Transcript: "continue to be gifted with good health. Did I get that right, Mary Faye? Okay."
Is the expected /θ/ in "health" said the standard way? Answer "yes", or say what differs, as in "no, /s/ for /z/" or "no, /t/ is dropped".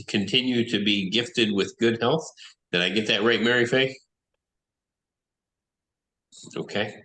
yes